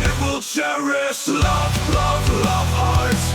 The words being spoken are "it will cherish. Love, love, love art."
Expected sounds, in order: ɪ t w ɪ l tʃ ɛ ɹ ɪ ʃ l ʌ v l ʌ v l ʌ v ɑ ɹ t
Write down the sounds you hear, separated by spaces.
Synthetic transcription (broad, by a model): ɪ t w ɪ l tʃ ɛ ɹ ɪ s l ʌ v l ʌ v l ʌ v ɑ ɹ